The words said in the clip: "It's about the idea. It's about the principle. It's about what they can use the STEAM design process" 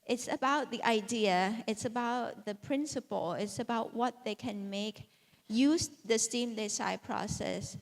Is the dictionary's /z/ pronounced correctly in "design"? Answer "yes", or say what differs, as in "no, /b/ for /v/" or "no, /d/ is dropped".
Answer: no, /s/ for /z/